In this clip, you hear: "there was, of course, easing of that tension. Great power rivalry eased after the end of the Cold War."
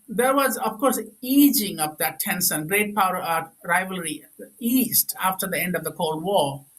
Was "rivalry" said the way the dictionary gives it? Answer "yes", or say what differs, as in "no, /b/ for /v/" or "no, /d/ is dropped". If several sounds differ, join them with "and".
yes